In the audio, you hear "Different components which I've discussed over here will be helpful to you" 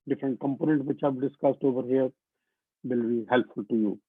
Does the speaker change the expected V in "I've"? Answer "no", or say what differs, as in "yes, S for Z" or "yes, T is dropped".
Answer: yes, B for V